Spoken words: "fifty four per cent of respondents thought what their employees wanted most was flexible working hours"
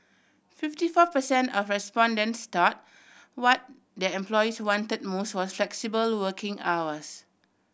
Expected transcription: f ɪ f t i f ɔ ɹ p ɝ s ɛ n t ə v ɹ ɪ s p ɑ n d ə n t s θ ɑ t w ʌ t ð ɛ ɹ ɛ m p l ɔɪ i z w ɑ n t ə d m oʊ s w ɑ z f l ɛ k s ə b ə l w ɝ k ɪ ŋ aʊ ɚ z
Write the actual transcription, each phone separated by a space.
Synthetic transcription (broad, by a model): f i f t i f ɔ p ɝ s ɛ n t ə f ɹ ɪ s p ɑ n d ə n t s t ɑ t w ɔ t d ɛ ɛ m p l ɔɪ i s w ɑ n t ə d m oʊ s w ɑ s f l ɛ k s ə b ə l w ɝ k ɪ ŋ aʊ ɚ s